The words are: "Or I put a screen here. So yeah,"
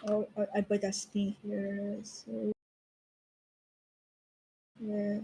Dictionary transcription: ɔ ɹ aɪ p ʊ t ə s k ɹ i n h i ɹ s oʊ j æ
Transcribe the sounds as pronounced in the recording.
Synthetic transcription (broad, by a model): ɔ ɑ aɪ b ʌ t ə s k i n h i ɹ s oʊ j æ